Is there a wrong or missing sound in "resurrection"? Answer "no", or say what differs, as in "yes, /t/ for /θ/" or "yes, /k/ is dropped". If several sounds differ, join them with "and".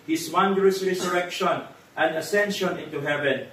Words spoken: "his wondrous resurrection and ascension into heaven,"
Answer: yes, /s/ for /z/